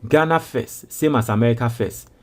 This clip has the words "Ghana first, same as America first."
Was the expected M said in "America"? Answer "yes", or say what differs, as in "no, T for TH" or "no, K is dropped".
yes